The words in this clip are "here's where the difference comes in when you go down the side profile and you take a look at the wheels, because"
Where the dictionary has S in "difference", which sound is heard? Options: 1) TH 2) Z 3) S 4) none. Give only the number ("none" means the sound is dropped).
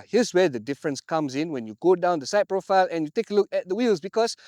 3